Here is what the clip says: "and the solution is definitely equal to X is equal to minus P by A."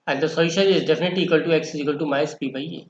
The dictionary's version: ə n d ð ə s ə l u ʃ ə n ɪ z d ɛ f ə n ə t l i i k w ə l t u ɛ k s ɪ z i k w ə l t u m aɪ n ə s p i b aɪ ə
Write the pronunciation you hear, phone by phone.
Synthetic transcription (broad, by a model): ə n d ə s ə i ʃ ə ɪ z d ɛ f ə n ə t l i i k w ə l t u ɛ k s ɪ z i k w ə l t u m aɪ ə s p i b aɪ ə